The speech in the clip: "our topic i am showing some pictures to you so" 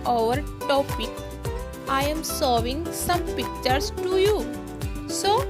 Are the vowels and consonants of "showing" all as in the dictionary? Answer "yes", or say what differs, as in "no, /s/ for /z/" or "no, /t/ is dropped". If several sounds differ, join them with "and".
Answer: no, /s/ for /ʃ/